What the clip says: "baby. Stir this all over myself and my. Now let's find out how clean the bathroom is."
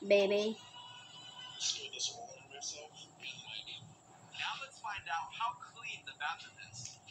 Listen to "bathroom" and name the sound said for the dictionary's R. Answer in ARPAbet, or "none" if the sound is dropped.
none